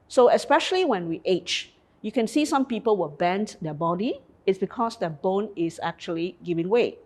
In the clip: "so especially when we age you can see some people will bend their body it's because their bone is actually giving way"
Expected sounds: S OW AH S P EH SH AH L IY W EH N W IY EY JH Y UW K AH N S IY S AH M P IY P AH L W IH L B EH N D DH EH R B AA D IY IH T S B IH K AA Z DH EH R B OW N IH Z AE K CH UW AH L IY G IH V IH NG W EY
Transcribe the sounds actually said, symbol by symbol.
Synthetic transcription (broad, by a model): S OW AH S P EH SH AH L IY W EH N W IY EY CH Y UW K AH N S IY S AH M P IY P AH L W IH L B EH N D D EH B AA D IY IH T S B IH K AA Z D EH B OW N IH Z AE K CH UW AH L IY G IH V IH NG W EY